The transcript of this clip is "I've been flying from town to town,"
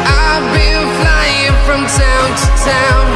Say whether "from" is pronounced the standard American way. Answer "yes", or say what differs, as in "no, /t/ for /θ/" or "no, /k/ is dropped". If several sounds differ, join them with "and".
yes